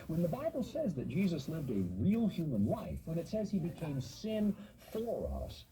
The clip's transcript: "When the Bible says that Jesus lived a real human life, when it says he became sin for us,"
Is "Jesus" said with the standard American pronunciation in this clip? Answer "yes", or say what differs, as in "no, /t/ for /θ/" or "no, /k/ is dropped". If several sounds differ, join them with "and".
yes